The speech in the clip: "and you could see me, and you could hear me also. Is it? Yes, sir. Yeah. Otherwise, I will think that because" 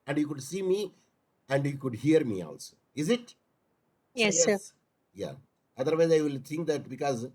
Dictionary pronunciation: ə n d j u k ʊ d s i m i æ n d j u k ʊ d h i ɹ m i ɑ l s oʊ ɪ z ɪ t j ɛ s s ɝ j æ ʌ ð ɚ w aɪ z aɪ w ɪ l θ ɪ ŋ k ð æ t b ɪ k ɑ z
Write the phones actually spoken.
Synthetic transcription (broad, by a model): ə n d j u k ʊ d s i m i æ n d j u k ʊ d h i ɹ m i ɑ l s oʊ ɪ z ɪ t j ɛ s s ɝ j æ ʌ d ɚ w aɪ z aɪ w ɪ l t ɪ ŋ k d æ t b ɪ k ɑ z